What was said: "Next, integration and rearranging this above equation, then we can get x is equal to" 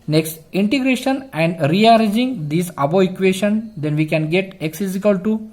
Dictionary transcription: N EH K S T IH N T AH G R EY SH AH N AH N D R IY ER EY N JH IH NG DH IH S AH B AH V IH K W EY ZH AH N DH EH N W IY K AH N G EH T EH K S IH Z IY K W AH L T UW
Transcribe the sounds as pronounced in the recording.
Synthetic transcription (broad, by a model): N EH K S T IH N T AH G R EY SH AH N AH N D R IY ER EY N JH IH NG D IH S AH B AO IH K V EY SH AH N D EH N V IY K AH N G EH T EH K S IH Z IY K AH L T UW